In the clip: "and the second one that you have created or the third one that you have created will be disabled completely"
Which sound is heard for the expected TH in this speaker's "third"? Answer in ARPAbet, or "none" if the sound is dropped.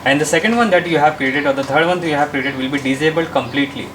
T